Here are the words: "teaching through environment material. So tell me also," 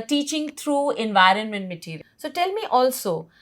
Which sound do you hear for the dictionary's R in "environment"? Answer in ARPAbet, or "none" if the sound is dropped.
R